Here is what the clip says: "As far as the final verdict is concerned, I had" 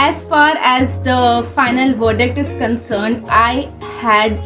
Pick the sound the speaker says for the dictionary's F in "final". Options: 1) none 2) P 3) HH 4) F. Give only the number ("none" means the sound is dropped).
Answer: 4